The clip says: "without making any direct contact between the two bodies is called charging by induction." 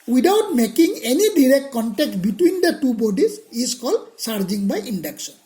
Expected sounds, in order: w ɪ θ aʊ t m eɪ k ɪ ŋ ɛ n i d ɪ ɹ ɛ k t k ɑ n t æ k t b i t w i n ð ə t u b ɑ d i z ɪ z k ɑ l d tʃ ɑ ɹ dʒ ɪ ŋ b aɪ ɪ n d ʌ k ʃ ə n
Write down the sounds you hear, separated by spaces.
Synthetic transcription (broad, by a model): w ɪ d aʊ t m eɪ k ɪ ŋ ɛ n i d ɪ ɹ ɛ k t k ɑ n t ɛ k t b i t w i n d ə t u b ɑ d i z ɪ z k ɑ l d s ɑ ɹ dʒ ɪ ŋ b aɪ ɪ n d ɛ k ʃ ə n